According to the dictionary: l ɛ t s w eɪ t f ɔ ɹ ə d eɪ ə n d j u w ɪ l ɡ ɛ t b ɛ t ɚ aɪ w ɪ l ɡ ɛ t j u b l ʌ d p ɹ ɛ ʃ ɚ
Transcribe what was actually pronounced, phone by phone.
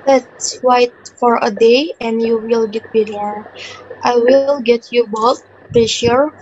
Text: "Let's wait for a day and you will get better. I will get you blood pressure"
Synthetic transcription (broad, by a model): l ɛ t s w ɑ t f ɔ ɹ ə d eɪ ə n d j u w ɪ l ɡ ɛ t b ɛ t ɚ aɪ w ɪ l ɡ ɛ t j u b ɔ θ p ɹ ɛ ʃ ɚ